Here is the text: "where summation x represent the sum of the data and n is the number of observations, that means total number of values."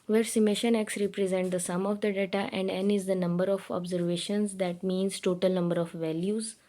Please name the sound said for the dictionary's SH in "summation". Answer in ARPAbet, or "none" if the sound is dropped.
SH